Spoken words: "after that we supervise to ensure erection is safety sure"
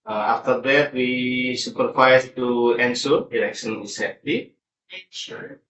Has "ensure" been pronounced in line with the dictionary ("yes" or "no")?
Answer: no